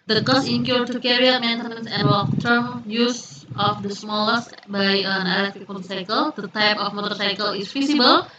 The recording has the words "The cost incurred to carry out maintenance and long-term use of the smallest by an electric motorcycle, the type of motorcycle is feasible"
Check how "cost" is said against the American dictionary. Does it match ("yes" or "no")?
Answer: no